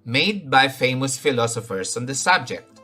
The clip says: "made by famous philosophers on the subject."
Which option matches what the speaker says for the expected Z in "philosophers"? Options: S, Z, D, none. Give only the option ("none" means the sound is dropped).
S